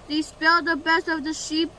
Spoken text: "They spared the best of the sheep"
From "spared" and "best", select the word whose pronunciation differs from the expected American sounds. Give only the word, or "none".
spared